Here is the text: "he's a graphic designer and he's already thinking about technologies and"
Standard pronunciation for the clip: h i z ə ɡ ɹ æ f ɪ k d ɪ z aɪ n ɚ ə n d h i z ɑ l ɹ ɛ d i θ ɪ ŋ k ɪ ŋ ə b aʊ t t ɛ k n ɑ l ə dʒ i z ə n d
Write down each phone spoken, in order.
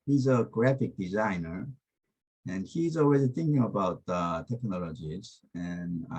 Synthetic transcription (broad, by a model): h i z ə ɡ ɹ æ f ɪ k d ɪ z aɪ n ɚ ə n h i z ɑ l w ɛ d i θ ɪ ŋ k ɪ ŋ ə b aʊ t t ɛ k n ɑ l ə dʒ i z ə n